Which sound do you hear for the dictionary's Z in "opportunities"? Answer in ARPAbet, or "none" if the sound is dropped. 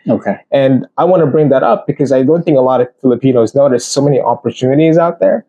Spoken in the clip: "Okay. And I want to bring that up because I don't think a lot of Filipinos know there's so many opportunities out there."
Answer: Z